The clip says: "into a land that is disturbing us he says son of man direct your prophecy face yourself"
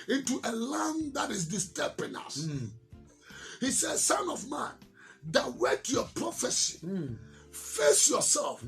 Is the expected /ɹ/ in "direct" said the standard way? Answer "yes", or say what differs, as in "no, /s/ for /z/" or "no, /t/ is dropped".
no, /w/ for /ɹ/